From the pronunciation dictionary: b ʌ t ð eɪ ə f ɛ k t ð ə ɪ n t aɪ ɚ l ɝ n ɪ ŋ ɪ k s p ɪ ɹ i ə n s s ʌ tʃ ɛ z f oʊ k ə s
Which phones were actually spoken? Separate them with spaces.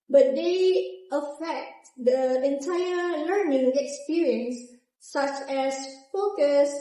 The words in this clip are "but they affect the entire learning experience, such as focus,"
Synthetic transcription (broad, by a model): b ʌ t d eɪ ə f ɛ k t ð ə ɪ n t aɪ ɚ l ɝ n ɪ ŋ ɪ k s p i ɹ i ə n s s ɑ tʃ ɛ s f oʊ k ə s